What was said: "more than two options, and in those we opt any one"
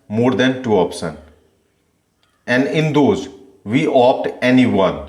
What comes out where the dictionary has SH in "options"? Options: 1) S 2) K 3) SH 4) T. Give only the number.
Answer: 1